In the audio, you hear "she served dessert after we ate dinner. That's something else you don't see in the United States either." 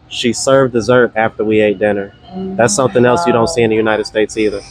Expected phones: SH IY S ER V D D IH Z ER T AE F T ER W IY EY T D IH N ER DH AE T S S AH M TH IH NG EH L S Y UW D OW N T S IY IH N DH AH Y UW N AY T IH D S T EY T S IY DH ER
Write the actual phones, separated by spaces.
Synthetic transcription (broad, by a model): SH IY S ER V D D IH Z ER T AE F T ER W IY EY T D IH N ER DH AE T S S AH M TH IH NG EH L S Y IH D OW N T S IY IH N DH AH Y UW N AY T IH D S T EY T S IY DH ER